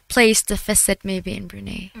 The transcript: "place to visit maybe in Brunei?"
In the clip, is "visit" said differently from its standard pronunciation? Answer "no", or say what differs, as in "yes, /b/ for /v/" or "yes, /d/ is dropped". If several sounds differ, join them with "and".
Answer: yes, /f/ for /v/ and /s/ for /z/